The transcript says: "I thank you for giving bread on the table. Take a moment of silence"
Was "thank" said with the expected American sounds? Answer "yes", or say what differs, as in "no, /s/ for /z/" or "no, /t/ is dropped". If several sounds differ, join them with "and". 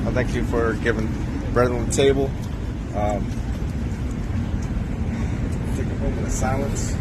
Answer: yes